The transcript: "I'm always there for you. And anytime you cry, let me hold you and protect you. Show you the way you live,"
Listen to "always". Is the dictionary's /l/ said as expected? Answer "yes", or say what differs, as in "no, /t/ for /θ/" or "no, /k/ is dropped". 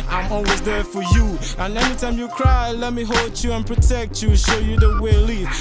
yes